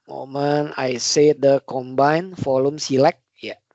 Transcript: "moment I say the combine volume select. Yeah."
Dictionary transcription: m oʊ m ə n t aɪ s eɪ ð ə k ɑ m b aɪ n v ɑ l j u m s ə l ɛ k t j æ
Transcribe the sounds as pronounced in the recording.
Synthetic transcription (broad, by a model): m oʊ m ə n aɪ s eɪ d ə k ɑ m b aɪ n f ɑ l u m s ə l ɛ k j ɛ